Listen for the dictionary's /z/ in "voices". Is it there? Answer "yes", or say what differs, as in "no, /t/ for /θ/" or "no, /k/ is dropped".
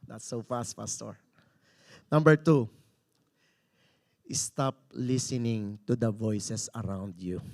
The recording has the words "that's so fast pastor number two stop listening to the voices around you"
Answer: no, /s/ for /z/